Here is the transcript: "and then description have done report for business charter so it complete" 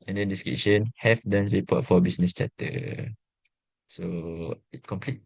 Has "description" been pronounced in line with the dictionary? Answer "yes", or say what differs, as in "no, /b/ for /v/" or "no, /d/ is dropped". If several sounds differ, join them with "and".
no, /p/ is dropped